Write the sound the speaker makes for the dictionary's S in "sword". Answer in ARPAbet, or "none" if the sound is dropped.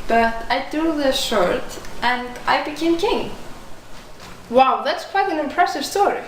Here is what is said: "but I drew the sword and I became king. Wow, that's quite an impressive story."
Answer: SH